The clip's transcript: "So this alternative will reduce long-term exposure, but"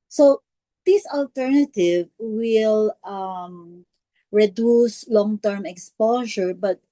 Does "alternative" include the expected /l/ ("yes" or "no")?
yes